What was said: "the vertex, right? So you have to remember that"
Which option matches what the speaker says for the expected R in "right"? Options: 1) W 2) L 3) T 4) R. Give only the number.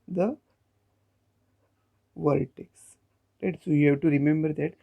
2